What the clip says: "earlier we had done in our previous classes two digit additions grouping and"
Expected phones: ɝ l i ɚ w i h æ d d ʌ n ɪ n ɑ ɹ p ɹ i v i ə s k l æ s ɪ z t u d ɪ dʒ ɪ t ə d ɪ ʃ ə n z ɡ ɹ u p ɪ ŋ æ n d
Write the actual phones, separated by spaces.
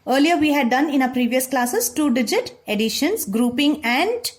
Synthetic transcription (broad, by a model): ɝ l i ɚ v i h æ d d ʌ n ɪ n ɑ p ɹ i v i ə s k l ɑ s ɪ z t u d ɪ dʒ ɪ t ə d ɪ ʃ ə n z ɡ ɹ u p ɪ ŋ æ n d